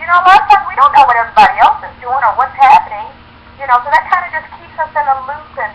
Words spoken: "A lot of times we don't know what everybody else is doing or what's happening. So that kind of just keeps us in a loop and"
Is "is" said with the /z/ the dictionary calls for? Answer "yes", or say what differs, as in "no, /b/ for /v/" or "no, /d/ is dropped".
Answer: yes